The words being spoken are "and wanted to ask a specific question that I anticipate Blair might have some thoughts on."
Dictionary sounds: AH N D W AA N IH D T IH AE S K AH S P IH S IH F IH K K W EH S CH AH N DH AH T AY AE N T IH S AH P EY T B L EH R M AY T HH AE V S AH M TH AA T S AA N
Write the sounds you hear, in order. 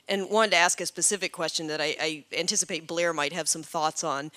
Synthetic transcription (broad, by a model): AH N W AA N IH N T IH AE S K AH S P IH S IH F IH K K W EH S CH AH N DH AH T AY AE N T IH S AH P EY T B L EH R M AY T HH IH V S AH M TH AA T S N